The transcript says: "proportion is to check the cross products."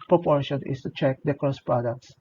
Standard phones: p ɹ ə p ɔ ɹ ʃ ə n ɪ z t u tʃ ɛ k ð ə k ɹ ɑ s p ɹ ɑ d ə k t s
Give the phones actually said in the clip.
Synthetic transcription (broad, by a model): p ɹ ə p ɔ ɹ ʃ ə n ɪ s t u tʃ ɛ k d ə k ɑ s p ɹ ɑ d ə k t s